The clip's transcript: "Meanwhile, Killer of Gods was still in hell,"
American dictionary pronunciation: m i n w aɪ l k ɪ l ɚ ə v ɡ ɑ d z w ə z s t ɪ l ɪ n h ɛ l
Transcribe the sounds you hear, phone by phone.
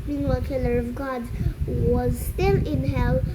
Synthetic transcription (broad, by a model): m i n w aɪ k ɪ l ɚ ə v ɡ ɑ d w ə z s t ɪ l ɪ n h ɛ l